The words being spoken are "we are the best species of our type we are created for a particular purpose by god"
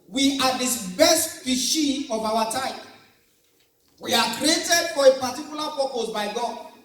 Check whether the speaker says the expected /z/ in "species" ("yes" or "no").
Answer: no